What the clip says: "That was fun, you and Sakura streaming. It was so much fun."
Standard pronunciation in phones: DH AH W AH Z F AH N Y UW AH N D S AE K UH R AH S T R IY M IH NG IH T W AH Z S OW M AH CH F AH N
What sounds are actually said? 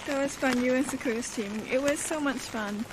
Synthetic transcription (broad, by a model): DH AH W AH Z F AH N Y UW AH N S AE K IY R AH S T IY M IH NG IH T W AH Z S OW M AH CH F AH N